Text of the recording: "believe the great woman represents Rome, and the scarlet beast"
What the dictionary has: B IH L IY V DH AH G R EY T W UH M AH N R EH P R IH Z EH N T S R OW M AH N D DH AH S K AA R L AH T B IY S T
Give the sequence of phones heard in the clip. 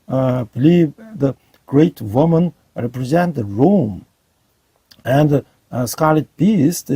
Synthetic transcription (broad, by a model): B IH L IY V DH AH G R EY T W UH M AH N R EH P R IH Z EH N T R OW M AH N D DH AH S K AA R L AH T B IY S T